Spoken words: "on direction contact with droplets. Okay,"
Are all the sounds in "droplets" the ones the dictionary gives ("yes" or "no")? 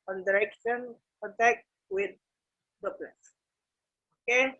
no